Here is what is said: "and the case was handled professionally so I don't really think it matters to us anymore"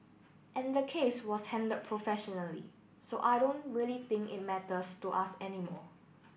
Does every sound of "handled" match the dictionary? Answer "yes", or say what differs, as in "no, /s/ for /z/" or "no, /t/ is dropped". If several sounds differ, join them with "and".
no, /l/ is dropped